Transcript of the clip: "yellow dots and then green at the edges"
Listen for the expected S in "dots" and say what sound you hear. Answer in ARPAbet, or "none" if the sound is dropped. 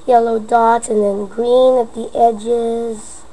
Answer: none